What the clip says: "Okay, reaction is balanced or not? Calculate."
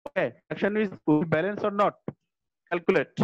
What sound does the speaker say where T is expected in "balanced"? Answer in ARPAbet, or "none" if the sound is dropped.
none